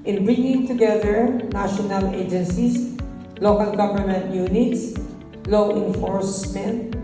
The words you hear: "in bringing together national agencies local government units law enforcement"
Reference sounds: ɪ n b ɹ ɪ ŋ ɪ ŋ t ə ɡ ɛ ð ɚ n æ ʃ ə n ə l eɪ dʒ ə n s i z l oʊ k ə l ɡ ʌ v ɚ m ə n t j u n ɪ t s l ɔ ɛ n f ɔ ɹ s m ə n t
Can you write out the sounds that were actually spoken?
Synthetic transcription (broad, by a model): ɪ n b ɹ ɪ ŋ ɪ ŋ t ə ɡ ɛ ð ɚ n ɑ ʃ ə n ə l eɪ dʒ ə n s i s l oʊ k ə l ɡ ʌ v ɚ m ə n t j u n ɪ t s l ɔ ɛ n f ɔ ɹ s m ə n t